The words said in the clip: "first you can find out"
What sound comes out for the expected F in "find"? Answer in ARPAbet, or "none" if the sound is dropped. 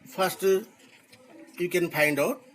P